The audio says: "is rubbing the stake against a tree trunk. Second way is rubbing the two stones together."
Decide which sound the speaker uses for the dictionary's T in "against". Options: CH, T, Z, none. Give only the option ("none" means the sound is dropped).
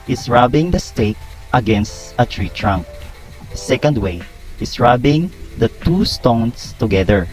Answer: T